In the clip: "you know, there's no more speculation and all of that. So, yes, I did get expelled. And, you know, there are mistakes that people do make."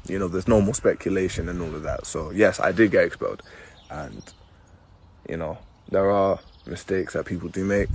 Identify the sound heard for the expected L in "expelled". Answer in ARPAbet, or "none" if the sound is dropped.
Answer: none